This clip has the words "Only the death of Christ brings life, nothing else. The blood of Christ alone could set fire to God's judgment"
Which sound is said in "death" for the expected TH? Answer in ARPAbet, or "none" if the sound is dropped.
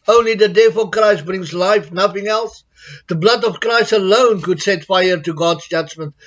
F